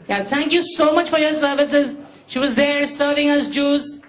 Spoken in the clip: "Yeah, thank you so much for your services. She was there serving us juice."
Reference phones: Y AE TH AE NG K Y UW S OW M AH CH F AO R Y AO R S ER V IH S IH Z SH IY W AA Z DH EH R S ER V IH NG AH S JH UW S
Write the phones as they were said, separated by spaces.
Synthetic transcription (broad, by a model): Y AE T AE NG K Y UW S OW M AH CH F AO R Y AO R S ER V IH S IH Z SH IY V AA Z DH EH R S ER V IH NG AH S JH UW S